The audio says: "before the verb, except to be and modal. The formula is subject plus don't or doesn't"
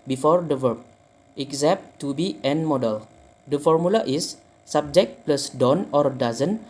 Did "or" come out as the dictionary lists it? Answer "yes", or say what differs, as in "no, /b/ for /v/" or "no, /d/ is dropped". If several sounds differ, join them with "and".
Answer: yes